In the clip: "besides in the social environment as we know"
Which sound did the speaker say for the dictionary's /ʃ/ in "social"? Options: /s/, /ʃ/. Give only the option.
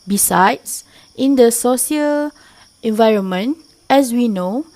/s/